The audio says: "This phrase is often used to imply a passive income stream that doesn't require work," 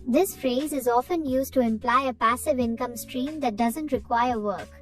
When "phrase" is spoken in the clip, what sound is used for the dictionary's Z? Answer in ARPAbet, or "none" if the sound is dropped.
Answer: Z